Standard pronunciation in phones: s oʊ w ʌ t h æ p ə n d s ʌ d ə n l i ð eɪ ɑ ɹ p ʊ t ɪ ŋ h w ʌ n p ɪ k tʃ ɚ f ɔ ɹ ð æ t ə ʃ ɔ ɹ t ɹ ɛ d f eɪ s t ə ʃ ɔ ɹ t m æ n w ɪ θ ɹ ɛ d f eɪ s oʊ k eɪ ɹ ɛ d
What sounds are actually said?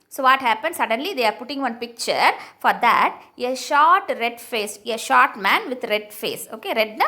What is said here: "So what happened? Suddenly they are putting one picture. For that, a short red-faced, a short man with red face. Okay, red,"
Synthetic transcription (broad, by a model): s oʊ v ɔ t h æ p ə n d s ʌ d ə n l i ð eɪ ɑ ɹ p ʊ t ɪ ŋ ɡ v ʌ n p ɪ k tʃ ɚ f ɔ ɹ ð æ t ə ʃ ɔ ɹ t ɹ ɛ d f eɪ s ə ʃ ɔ ɹ t m æ n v ɪ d ɹ ɛ d f eɪ s oʊ k eɪ ɹ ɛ d